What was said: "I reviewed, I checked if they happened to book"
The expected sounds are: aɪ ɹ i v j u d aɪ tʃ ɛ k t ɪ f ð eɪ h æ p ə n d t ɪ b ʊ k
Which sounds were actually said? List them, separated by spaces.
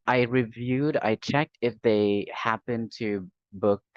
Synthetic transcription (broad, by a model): aɪ ɹ i v j u d aɪ tʃ ɛ k t ɪ f ð eɪ h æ p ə n t ɪ b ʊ k